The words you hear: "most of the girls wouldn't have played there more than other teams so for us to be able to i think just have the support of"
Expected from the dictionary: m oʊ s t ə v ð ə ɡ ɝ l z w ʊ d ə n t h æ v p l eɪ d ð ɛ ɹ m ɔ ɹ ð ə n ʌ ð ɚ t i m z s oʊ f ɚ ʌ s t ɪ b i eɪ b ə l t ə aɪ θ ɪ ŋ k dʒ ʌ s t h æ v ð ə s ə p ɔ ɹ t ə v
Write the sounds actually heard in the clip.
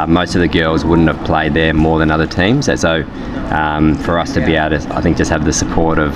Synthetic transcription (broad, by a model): m oʊ s t ə v ð ə ɡ ɝ l z w ʊ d n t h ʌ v p l eɪ d ð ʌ ɹ m ɔ ɹ ð ə n ʌ ð ɚ t i m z s oʊ f ɚ ʌ s t ɪ b i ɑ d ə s t ə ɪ θ ɪ ŋ k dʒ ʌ s t h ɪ v ð ə s ə p ɔ ɹ t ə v